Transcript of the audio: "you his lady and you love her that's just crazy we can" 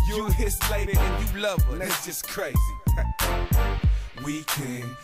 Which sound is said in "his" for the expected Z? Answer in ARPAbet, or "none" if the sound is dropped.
S